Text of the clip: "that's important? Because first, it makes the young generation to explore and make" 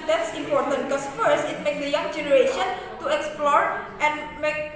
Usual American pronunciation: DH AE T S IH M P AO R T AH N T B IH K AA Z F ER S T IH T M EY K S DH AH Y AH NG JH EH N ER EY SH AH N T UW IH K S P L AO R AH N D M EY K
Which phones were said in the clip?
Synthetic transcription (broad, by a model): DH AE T S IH M P AO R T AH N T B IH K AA S F ER S T IH T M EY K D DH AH Y AH NG JH EH N ER EY SH AH N T UW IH K S P L AO R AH N M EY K